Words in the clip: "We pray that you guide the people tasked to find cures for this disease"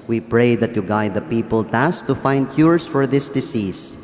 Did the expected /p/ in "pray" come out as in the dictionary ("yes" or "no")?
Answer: yes